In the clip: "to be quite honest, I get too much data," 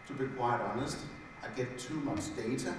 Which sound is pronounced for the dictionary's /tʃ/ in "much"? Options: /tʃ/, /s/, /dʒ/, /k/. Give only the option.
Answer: /s/